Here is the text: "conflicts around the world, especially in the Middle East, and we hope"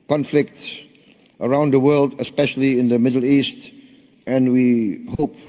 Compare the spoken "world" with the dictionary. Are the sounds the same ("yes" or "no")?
yes